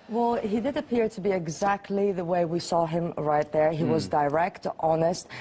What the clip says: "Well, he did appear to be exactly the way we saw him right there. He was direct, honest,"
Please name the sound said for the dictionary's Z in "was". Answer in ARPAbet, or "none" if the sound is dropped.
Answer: Z